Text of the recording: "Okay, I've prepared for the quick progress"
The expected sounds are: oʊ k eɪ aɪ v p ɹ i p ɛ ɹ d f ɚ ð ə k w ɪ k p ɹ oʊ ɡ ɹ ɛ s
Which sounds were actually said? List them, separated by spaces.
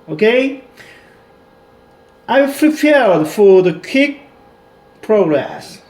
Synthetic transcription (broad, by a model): oʊ k eɪ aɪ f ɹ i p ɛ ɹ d f ɚ ð ə k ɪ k p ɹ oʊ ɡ ɹ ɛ s